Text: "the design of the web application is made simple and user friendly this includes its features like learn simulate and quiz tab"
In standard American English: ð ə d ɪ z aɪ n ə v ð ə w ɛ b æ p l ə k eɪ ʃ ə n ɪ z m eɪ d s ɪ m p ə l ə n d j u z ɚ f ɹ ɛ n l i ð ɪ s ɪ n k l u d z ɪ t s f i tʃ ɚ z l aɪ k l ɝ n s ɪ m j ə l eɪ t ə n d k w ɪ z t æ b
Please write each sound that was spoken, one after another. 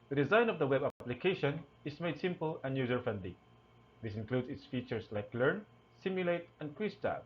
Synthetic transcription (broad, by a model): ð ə d ɪ z aɪ n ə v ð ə w ɛ b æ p l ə k eɪ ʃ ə n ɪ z m eɪ d s ɪ m p ə l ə n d j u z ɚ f ɛ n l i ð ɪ s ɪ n k l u d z ɪ t s f i tʃ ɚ s l aɪ k l ɝ n s ɪ m j ə l eɪ t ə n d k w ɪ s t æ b